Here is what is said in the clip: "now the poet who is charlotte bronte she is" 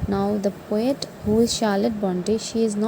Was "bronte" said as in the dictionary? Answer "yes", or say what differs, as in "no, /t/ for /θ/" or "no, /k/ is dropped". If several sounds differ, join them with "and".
no, /ɹ/ is dropped